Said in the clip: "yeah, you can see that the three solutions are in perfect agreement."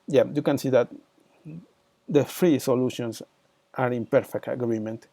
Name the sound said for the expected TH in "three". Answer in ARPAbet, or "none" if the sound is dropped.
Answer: F